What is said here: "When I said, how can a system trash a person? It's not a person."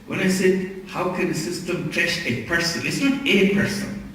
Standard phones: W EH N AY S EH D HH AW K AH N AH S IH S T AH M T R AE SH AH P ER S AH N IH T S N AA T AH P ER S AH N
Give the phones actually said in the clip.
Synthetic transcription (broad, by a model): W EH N AY S EH D HH AW K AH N AH S IH S T AH M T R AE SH AH P ER S AH N IH T S N AA T AH P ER S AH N